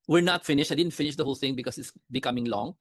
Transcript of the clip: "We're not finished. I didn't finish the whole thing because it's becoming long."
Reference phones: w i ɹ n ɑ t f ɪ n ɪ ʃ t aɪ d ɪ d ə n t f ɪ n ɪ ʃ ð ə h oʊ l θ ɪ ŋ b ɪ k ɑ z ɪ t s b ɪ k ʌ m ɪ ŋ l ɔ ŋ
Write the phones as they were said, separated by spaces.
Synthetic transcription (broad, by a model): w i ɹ n ɑ t f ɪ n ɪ ʃ aɪ d ɪ d ə n t f ɪ n ɪ ʃ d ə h oʊ l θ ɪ ŋ b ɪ k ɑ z ɪ t s b ɪ k ʌ m ɪ ŋ l ɔ ŋ